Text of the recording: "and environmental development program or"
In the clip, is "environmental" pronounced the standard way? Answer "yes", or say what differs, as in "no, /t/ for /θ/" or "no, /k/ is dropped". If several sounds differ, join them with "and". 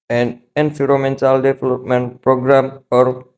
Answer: no, /f/ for /v/ and /n/ is dropped